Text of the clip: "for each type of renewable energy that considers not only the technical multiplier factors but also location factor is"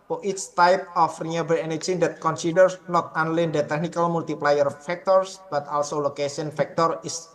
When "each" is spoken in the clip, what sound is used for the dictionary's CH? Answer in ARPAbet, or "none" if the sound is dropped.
S